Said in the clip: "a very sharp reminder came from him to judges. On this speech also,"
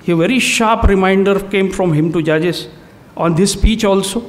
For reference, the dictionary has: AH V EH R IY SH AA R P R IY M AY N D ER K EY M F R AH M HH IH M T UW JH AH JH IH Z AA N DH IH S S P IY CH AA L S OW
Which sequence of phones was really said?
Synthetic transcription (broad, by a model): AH V EH R IY SH AA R P R IY M AY N D ER K EY M F R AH M HH IH M T UW JH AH JH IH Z AA N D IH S S P IY CH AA L S OW